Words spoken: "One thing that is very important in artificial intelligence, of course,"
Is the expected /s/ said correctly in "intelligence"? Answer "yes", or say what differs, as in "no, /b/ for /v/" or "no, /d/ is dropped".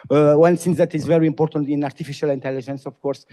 yes